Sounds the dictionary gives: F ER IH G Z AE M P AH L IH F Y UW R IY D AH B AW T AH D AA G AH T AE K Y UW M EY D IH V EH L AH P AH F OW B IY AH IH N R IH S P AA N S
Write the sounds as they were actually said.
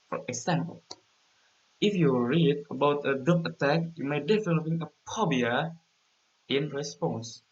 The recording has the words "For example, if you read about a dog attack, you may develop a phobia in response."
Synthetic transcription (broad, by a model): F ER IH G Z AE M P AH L IH F Y UW R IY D AH B AW T AH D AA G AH T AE K Y UW M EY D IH F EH N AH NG AH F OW B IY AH IH N R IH S P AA N S